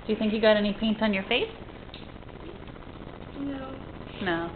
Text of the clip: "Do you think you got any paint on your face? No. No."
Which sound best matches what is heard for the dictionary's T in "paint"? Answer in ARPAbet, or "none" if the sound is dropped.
T